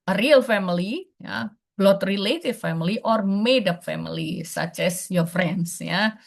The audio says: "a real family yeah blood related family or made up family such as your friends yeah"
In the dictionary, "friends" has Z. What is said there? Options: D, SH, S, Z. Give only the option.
S